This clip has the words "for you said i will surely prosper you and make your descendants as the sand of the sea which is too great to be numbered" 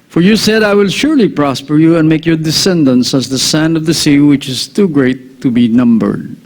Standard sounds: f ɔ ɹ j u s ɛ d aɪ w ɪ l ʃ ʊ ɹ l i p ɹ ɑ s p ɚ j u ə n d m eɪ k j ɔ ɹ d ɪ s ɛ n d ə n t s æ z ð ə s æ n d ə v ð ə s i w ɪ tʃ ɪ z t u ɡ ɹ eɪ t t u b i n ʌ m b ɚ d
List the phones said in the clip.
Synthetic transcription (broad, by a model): f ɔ ɹ j u s ɛ d aɪ w ɪ l ʃ ʊ ɹ l i p ɹ ɑ s p ɚ j u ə n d m eɪ k j ɔ ɹ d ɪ s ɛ n d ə n s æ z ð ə s æ n d ə v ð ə s i w ɪ tʃ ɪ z t u ɡ ɹ eɪ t t u b i n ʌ m b ɚ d